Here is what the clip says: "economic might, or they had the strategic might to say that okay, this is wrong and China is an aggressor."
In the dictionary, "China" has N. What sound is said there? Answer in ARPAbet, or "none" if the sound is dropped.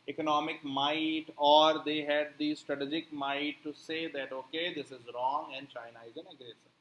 N